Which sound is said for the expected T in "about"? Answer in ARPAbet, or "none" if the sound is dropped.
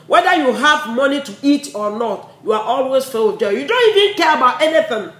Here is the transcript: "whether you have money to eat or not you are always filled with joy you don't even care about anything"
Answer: T